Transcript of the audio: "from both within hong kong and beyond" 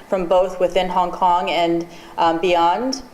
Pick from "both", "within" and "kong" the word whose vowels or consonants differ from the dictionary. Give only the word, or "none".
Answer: none